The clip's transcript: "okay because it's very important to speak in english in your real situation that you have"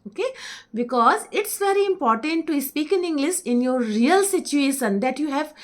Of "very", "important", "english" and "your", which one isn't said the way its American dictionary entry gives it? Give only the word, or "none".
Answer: english